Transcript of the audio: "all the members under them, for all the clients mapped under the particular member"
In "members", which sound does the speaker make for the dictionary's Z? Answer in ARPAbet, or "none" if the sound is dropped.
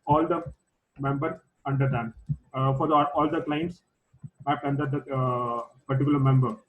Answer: none